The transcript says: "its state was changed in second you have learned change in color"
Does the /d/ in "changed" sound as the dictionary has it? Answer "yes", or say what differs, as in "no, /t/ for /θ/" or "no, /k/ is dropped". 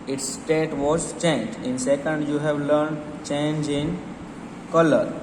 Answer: no, /d/ is dropped